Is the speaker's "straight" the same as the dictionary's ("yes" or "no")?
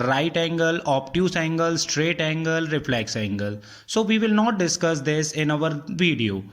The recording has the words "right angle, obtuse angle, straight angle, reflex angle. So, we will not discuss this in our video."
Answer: yes